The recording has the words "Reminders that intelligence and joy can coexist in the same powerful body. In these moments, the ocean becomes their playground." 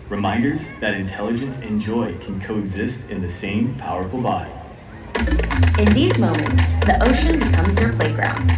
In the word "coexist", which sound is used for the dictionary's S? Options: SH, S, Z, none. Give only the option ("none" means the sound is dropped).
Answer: S